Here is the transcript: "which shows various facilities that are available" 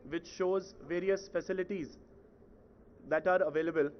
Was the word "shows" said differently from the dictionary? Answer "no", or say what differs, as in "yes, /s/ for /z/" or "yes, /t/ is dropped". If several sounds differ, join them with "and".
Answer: no